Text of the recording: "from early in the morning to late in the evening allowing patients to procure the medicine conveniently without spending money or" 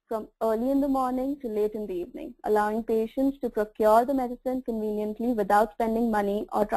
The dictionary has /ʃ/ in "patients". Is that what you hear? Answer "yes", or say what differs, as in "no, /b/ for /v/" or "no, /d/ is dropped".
yes